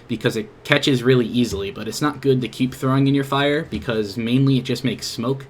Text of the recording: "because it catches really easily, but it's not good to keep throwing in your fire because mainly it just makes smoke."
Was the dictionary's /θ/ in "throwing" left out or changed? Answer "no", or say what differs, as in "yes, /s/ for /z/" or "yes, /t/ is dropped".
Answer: no